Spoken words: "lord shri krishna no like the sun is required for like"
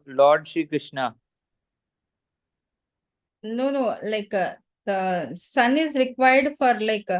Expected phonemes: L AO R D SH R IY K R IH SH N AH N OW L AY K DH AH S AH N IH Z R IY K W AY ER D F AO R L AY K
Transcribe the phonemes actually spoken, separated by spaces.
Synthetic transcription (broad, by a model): L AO R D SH IY K R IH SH N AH N OW L AY K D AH S AH N IH Z R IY K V AY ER D F AO R L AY K